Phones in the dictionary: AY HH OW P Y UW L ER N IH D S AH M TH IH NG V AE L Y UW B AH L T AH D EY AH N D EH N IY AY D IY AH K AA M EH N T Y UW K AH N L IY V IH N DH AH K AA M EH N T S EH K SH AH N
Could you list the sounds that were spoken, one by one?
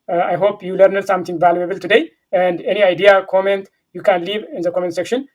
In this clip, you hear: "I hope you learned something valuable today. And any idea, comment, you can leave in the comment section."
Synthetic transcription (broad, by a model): AY HH OW P Y UW L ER N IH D S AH M T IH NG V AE L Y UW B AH L T AH D EY AH N D EH N IY AY D IY AH K AA M EH N T Y UW K AH N L IY V IH N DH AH K AA M EH N T S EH K SH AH N